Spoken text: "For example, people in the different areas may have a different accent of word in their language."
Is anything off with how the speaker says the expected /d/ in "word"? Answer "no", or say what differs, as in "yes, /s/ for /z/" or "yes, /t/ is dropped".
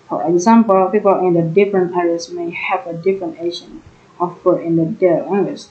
yes, /d/ is dropped